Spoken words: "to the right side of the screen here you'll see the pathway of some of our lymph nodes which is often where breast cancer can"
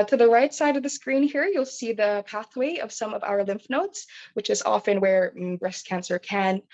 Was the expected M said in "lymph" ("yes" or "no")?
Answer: yes